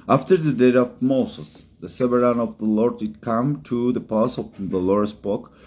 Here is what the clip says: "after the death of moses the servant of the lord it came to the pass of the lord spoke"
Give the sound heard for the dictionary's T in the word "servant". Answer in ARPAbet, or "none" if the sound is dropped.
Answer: none